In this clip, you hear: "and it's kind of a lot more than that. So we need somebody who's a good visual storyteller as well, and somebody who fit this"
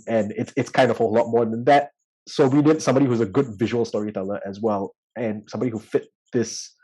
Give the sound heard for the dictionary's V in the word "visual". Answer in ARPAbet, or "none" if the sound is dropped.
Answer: V